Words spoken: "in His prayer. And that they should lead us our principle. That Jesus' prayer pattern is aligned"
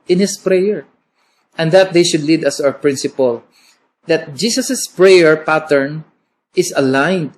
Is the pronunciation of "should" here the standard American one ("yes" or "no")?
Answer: yes